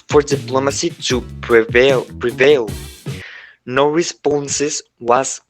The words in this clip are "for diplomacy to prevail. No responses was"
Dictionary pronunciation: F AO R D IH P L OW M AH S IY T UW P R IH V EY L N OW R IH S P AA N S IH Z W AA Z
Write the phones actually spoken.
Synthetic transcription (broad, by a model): F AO R D IH P L OW M AH S IY T UW P R IH V EY L N OW R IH S P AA N S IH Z W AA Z